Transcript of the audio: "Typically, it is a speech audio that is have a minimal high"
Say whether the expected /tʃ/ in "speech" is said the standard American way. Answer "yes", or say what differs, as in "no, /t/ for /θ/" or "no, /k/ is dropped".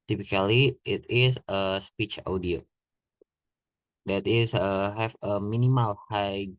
yes